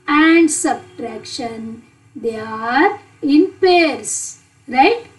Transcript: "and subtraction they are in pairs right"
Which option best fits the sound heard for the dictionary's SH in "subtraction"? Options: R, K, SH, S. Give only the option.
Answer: SH